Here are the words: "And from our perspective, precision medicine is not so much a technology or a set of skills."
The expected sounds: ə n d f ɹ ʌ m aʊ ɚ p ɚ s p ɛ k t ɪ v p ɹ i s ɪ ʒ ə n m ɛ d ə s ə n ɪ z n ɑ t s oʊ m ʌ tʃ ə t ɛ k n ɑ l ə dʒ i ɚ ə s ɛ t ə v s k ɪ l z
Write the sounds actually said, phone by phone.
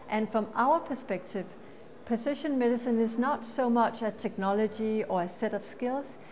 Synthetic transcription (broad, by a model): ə n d f ɹ ʌ m aʊ ɚ p ɚ s p ɛ k t ɪ v p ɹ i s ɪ ʃ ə n m ɛ d ə s ə n ɪ z n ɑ t s oʊ m ʌ tʃ ə t ɛ k n ɑ l ə dʒ i ɚ ə s ɛ t ə v s k ɪ l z